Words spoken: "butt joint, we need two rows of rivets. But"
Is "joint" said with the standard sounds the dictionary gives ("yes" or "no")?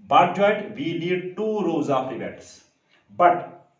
no